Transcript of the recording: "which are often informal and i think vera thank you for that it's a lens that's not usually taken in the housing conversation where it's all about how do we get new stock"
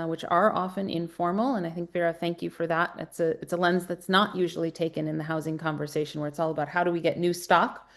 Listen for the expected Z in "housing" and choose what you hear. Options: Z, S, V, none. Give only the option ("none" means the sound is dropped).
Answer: Z